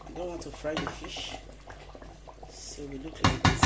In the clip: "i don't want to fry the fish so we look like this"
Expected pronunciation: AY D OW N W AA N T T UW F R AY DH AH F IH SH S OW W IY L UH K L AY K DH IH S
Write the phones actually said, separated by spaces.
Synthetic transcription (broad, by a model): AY D OW N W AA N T T UW F R AY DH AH F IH SH S OW W IY L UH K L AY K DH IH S